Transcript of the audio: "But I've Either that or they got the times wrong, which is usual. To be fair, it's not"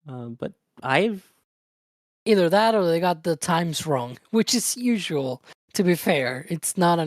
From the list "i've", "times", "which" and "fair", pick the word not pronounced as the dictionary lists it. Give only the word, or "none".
none